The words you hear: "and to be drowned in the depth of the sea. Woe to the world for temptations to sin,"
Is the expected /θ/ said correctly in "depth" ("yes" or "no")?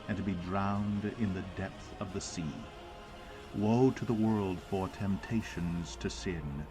yes